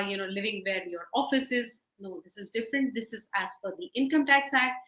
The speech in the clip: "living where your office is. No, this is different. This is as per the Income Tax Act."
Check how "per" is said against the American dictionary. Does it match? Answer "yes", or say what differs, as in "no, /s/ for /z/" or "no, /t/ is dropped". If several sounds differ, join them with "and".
no, /f/ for /p/